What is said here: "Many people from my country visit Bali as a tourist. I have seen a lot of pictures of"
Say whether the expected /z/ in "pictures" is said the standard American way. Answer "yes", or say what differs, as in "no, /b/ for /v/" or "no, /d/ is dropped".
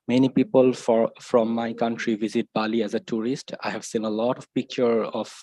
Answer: no, /z/ is dropped